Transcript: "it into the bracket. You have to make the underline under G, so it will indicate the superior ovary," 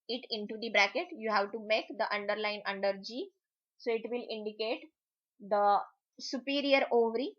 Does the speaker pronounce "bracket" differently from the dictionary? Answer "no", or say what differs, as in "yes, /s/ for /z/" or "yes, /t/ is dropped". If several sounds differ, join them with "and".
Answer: no